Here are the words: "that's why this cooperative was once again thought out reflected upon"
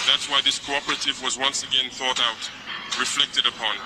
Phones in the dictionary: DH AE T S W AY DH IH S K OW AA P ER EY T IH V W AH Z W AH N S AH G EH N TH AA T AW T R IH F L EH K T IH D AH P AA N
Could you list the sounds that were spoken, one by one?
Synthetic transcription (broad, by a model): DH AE T S W AY DH IH S K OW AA P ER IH T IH V W AH Z W AH N S AH G EH N TH AA T AW T R IH F L EH K T IH D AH P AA N